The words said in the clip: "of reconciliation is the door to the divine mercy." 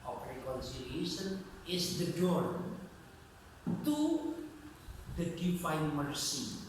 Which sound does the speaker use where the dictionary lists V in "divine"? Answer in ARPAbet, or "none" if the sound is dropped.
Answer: F